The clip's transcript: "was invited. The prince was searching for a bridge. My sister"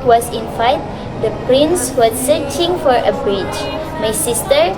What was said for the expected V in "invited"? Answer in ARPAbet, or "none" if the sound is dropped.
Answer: F